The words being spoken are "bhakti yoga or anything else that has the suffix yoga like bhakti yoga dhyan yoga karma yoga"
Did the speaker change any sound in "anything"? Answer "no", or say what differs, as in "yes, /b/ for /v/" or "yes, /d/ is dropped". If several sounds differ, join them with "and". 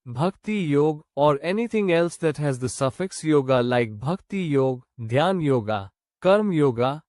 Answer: yes, /t/ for /θ/